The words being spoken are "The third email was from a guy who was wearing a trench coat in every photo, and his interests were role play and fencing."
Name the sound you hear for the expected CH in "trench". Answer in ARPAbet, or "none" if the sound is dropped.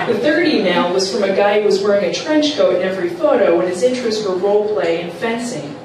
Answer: CH